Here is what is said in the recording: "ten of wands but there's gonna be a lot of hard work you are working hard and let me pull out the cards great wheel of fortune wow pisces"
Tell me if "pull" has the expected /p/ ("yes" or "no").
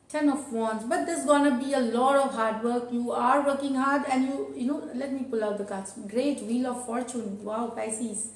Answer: yes